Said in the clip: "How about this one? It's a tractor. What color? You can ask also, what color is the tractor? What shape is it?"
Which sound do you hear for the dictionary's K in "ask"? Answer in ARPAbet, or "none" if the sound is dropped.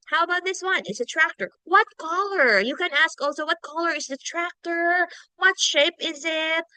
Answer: K